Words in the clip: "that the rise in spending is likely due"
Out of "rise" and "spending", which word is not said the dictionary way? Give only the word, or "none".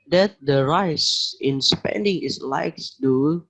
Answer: rise